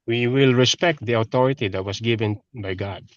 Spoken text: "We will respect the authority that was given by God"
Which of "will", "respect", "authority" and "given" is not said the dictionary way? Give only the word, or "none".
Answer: authority